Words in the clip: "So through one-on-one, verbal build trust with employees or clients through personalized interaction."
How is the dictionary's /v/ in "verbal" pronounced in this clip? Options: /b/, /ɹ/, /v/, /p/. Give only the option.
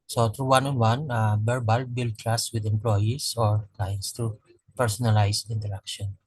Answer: /b/